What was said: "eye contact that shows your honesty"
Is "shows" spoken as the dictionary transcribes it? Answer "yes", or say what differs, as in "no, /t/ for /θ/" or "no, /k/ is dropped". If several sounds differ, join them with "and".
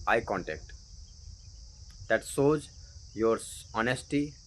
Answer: no, /s/ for /ʃ/